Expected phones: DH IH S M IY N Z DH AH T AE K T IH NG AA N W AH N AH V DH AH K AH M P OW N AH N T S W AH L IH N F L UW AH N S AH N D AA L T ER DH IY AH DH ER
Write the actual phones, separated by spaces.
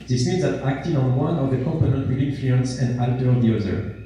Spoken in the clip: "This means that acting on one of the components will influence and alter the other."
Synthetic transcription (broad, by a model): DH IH S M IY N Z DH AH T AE K T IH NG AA N W AH N AH V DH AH K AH M P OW N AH N T W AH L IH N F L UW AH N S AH N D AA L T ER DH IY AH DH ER